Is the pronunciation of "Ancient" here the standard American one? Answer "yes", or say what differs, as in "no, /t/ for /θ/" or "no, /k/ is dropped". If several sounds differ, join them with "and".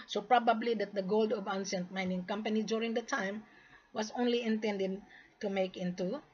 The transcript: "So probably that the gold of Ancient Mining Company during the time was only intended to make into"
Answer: no, /s/ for /ʃ/